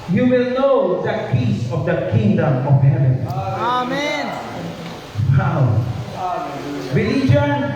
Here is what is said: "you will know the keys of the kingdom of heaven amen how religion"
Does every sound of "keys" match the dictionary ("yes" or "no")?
no